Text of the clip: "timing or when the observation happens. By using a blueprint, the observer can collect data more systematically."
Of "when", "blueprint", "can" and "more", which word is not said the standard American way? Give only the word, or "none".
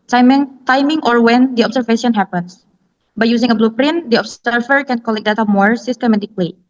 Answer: none